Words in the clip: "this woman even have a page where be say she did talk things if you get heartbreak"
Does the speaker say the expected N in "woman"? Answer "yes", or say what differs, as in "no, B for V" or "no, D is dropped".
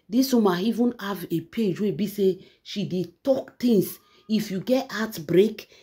no, N is dropped